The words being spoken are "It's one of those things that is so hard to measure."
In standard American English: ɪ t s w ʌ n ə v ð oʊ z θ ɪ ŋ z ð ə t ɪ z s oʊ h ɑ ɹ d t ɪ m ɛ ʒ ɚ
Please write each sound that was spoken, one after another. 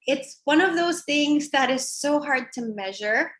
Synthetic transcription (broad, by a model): ɪ t s w ʌ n ə v ð oʊ z θ ɪ ŋ z ð ə t ɪ z s oʊ h ɑ ɹ d t ɪ m ɛ ʒ ɚ